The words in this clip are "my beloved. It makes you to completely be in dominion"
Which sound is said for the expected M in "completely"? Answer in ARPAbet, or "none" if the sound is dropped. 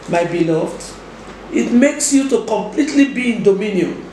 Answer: M